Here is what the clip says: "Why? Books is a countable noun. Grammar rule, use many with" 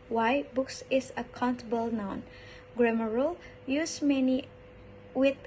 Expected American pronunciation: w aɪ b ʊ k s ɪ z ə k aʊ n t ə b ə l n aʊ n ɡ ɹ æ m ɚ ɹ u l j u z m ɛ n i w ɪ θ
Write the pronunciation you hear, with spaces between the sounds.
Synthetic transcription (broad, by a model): w aɪ b ʊ k s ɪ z ə k aʊ n t ə b ə l n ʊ n ɡ ɹ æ m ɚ ɹ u l j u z m ɛ n i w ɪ